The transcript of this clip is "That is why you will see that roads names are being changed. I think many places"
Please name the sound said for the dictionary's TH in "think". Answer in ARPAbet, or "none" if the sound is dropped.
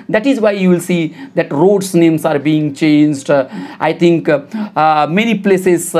T